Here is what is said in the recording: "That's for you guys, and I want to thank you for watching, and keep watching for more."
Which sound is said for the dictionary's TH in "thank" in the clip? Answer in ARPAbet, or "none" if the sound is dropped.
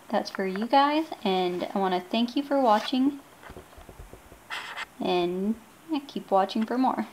TH